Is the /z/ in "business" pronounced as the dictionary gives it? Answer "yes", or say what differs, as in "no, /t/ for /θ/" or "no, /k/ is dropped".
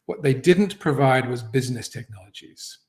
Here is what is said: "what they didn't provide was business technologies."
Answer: yes